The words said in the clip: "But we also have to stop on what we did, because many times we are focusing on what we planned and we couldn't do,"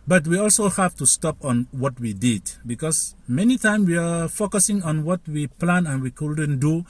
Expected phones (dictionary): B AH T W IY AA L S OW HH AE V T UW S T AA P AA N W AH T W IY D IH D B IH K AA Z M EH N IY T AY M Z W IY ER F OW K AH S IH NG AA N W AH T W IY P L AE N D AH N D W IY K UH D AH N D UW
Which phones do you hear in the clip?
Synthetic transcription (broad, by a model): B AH T W IY AA L S OW HH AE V T UW S T AA P AA N W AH T W IY D IH D B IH K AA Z M EH N IY T AY M W IY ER F OW K AH S IH NG AA N W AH T W IY P L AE N AH N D W IY K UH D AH N D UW